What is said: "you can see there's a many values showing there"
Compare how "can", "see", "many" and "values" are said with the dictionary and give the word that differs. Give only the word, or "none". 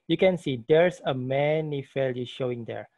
values